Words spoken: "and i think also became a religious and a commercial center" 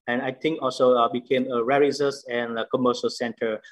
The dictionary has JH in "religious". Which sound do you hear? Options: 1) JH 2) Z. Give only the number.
2